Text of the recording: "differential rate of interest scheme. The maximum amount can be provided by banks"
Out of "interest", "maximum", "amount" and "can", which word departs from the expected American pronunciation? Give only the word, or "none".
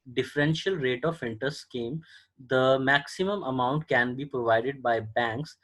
interest